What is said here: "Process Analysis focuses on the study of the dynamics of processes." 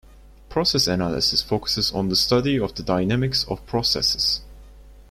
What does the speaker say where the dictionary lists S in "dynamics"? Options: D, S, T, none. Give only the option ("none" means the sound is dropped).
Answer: S